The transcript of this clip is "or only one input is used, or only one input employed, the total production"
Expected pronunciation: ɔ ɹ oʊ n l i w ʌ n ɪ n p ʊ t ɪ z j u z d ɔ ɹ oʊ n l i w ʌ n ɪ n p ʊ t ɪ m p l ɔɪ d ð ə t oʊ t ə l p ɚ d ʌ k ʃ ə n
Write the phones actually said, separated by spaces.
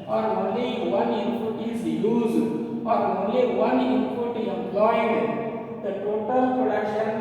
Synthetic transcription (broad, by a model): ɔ ɹ oʊ n l i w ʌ n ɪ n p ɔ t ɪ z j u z ɔ ɹ oʊ n l i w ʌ n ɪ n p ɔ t ɪ m p l ɔɪ d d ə t oʊ t ə l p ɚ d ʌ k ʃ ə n